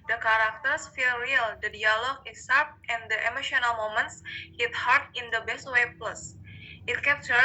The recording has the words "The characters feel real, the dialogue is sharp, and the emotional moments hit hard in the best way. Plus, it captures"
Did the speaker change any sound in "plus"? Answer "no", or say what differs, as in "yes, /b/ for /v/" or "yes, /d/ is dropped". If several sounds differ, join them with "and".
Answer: no